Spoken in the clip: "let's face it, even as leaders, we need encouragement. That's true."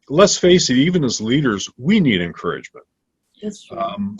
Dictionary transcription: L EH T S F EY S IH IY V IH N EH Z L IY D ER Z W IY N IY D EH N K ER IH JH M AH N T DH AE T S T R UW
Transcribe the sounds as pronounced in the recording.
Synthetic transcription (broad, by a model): L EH T S F EY S IH IY V IH N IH Z L IY D ER Z W IY N IY D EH N K ER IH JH M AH N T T T